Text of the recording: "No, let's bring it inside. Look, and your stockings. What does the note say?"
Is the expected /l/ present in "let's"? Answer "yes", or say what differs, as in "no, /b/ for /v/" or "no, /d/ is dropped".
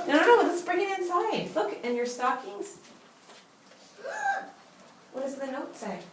no, /w/ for /l/